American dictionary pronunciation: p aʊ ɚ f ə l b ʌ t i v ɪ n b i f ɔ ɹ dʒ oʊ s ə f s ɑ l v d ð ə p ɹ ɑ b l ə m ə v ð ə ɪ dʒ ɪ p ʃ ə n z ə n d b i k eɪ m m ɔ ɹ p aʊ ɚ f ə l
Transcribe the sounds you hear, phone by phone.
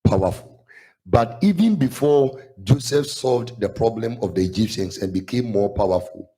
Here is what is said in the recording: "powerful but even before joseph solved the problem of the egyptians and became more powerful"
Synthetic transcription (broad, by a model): p aʊ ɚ f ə l b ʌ t i v ɪ n b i f ɔ dʒ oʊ s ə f s ɑ l v d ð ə p ɹ ɑ b l ə m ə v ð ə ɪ dʒ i p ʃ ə n s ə n b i k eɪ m m ɔ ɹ p aʊ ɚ f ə l